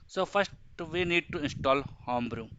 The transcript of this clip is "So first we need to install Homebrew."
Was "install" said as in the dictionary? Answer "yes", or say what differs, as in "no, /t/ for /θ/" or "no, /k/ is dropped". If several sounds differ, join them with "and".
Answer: yes